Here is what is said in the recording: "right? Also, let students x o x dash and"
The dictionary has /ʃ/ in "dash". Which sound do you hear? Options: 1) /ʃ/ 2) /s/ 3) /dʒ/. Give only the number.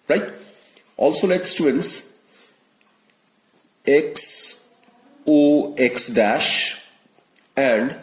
1